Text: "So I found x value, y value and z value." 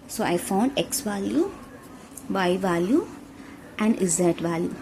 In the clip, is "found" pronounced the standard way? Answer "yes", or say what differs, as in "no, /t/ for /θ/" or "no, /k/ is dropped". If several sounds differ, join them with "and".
yes